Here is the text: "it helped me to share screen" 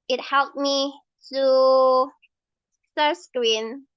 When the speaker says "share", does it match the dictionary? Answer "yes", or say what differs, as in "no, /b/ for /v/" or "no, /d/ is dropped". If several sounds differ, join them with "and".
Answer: no, /s/ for /ʃ/